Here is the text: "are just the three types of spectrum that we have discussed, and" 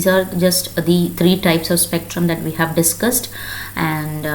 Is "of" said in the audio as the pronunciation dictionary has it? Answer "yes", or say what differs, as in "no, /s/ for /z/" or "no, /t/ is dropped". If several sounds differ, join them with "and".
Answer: yes